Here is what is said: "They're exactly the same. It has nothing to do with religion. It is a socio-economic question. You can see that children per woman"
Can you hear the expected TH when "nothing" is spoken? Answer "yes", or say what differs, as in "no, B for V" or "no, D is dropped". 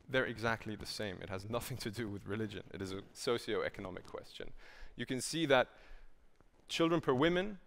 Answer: yes